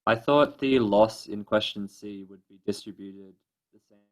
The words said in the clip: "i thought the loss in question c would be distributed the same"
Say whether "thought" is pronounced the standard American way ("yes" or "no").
yes